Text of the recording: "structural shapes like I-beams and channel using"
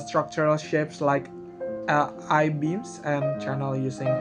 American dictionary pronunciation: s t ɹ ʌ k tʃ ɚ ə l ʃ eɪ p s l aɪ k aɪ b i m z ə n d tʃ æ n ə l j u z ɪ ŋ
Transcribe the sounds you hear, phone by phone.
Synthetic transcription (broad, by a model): s t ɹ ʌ k tʃ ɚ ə l ʃ eɪ p s l aɪ k aɪ b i m s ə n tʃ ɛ n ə l j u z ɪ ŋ